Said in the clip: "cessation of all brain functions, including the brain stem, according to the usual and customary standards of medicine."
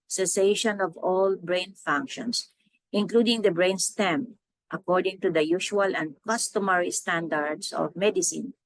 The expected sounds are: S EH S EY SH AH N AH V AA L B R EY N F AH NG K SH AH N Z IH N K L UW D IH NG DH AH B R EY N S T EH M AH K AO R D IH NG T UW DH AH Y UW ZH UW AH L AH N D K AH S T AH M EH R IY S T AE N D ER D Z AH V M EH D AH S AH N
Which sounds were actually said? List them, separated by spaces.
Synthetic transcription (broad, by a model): S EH S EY SH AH N AH V AA L B R EY N F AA NG K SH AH N S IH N K L UW D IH NG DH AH B R EY N S T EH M AH K AO R D IH NG T UW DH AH Y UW SH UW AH L AH N D K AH S T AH M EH R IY S T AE N D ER D S AH V M EH D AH S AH N